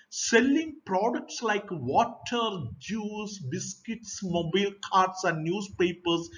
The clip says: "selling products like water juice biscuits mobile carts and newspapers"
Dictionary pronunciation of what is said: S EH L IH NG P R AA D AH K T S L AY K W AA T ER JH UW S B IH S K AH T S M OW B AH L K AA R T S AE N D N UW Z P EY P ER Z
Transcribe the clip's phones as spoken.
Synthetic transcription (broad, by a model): S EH L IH NG P R AA D AH K T S L AY K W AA T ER JH UW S B IH S K AH T S M OW B AH L K AA R T S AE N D N UW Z P EY P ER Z